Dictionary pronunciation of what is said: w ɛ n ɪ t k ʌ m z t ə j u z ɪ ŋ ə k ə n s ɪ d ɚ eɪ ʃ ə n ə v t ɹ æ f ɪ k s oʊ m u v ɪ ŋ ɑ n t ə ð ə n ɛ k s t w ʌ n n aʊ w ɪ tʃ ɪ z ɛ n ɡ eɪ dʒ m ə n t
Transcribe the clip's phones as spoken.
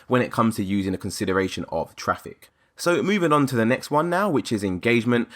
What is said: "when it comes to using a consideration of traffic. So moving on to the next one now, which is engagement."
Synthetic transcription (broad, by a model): w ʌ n ɪ t k ʌ m z t ə j u z ɪ ŋ ə k ə n s ɪ d ɚ eɪ ʃ ə n ə v t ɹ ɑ f ɪ k s oʊ m u v ɪ ŋ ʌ n t ə ð ə n ɛ k s t w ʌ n n aʊ w ɪ tʃ ɪ z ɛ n ɡ eɪ dʒ m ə n t